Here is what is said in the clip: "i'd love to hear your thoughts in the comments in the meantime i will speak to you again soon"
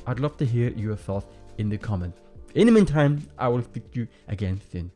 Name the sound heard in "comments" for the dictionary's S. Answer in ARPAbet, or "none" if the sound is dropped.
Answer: none